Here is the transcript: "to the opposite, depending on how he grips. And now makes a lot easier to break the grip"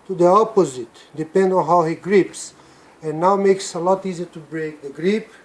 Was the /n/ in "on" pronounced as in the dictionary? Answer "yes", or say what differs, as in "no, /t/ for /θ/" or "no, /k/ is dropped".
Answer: yes